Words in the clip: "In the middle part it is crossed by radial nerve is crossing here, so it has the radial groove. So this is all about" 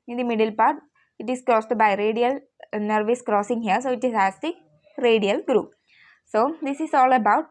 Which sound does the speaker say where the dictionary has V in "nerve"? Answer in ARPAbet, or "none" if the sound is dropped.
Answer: V